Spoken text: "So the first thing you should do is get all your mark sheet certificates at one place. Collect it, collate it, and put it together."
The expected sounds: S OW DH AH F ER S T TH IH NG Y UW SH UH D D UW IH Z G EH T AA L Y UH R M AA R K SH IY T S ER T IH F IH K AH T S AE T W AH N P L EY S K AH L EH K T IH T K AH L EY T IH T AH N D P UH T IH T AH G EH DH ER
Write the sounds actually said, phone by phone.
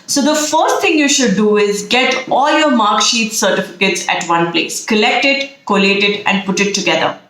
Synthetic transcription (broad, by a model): S OW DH AH F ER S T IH NG Y UW SH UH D D UW IH Z G EH T AA L Y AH R M AA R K SH IY T S ER T IH F IH K AH T S AE T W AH N P L EY S K AH L EH K T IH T K AH L EY T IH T AH N D P UH T IH T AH G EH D ER